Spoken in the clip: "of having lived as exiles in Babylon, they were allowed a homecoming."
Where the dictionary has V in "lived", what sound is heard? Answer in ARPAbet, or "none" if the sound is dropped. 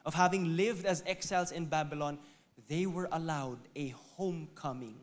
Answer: V